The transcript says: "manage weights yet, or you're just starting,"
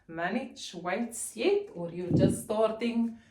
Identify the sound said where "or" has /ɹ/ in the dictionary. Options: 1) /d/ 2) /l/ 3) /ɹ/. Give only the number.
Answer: 3